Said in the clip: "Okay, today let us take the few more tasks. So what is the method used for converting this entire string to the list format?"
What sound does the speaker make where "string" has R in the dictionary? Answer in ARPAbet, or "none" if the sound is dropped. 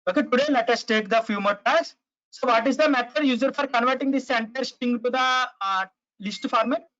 none